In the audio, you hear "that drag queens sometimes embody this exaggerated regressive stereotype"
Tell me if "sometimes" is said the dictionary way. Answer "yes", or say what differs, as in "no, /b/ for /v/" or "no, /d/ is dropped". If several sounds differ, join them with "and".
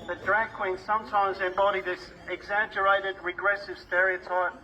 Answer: yes